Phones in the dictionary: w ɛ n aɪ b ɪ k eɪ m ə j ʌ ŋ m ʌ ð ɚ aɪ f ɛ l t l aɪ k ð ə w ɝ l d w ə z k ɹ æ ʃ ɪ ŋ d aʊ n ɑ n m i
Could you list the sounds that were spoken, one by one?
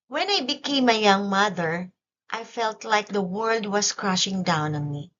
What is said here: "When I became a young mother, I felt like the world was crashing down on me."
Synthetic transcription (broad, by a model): w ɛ n aɪ b ɪ k eɪ m ə j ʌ ŋ m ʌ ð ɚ aɪ f ɛ l t l aɪ k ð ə w ɝ l d w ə s k ɹ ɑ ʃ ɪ ŋ d aʊ n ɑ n m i